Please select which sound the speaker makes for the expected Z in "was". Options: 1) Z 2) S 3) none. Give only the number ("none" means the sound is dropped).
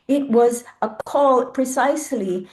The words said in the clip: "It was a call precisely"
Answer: 1